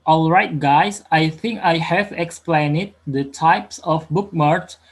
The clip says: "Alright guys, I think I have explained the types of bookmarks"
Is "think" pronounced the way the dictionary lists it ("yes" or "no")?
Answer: yes